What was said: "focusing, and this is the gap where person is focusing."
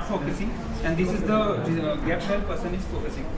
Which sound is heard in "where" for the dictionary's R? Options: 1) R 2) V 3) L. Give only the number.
3